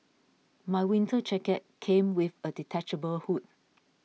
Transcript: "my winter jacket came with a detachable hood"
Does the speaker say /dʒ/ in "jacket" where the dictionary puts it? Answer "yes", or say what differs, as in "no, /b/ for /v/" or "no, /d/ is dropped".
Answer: no, /tʃ/ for /dʒ/